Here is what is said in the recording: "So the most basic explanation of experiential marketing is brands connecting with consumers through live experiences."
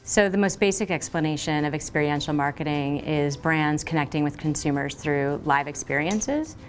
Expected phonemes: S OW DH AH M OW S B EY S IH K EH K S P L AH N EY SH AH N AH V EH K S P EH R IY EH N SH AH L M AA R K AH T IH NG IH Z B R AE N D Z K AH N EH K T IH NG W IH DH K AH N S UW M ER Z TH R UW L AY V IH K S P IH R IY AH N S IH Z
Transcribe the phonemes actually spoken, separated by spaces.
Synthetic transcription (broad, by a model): S OW DH AH M OW S B EY S IH K EH K S P L AH N EY SH AH N AH V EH K S P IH R IY EH N SH L M AA R K AH T IH NG IH Z B R AE N D Z K AH N EH K T IH NG W IH DH K AH N S UW M ER Z TH R UW L AY V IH K S P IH R IY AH N S IH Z